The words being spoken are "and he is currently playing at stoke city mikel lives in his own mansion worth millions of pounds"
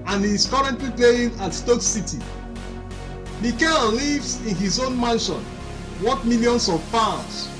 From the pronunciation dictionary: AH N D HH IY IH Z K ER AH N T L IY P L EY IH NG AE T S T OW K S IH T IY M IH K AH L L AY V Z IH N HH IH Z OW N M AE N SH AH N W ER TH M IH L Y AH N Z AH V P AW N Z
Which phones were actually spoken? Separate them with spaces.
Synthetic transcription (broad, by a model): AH N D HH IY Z K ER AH N T L IY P L EY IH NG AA T S T OW K S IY T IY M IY K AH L L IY V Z IH N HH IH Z OW N M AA N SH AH N W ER T M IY L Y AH N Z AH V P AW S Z